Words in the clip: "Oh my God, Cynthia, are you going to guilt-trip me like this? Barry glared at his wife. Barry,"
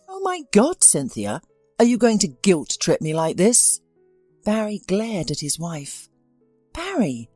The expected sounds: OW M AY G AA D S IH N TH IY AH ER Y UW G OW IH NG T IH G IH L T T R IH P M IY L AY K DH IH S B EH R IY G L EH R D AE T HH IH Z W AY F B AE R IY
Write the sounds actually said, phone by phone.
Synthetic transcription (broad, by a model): OW M AY G AA D S IH N TH IY AH ER Y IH G OW IH NG T IH G IH L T T R IH P M IY L AY K DH IH S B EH R IY G L EH R D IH T HH IH Z W AY F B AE R IY